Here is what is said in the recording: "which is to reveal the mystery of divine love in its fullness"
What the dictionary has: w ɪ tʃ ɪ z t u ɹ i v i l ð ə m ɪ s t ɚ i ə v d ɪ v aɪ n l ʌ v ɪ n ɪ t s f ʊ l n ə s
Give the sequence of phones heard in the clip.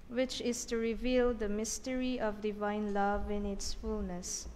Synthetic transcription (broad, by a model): w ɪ tʃ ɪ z t u ɹ i v i l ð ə m ɪ s t ɚ i ə v d ɪ v aɪ n l ʌ v ɪ n ɪ t s f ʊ l n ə s